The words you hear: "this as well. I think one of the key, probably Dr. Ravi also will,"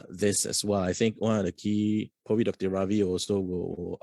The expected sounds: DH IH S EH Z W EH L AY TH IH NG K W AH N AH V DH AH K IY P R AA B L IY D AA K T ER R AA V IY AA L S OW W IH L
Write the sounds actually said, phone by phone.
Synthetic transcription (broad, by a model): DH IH S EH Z W EH L AY TH IH NG K W AH N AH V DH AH K IY P AA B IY D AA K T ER R AA V IY AA L S OW W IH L